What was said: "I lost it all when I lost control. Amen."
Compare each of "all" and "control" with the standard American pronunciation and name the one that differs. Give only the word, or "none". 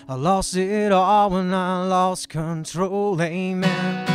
none